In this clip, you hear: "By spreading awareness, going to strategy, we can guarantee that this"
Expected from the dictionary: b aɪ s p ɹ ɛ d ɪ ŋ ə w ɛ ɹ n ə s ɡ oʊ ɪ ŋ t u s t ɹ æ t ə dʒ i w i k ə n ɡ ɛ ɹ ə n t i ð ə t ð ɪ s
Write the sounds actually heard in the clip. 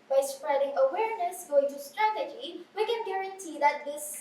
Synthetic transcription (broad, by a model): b aɪ s p ɹ ɛ d ɪ ŋ ə w ɛ ɹ n ə s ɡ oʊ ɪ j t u s t ɹ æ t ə dʒ i w i k ə n ɡ ɛ ɹ ə n t i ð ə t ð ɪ s